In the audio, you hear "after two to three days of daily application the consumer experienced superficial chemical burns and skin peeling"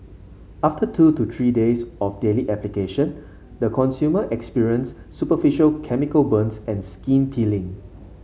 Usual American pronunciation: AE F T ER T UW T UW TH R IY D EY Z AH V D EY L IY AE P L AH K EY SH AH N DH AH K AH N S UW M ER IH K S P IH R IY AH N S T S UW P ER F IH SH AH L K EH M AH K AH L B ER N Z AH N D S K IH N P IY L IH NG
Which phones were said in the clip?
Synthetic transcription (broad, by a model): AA F T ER T UW T UW T R IY D EY S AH F D EY L IY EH P L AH K EY SH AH N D AH K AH N S UW M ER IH K S P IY R IY AH N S S UW P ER F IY SH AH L K EH M AH K AH L B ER N S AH N S K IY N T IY L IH NG